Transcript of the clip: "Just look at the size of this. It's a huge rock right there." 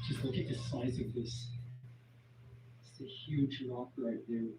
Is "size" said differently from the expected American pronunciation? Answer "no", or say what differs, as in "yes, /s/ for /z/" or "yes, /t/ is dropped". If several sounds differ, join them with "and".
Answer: no